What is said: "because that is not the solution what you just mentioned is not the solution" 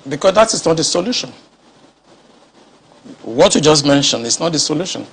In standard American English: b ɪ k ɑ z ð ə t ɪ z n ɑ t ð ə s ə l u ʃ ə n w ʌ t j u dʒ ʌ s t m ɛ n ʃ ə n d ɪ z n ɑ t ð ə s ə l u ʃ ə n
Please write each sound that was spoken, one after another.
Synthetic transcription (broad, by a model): b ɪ k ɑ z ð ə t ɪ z n ɑ t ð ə s ə l u ʃ ə n w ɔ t j u dʒ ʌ s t m ɛ n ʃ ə n ɪ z n ɑ t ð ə s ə l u ʃ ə n